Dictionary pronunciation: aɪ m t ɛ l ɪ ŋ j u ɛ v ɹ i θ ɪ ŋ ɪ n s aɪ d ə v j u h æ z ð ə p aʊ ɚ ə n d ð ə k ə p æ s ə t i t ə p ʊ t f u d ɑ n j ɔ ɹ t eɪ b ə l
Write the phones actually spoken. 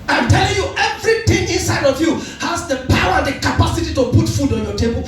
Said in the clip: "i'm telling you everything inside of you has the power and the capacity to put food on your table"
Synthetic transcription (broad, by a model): aɪ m t ɛ l ɪ ŋ j u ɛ v ɹ i t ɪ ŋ ɪ n s aɪ d ə v j u h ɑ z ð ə p aʊ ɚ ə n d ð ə k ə p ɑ s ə t i t ə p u t f u d ɑ n j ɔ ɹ t eɪ b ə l